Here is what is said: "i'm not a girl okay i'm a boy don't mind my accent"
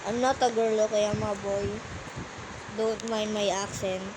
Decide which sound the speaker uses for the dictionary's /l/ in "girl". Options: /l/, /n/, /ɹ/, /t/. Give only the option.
/l/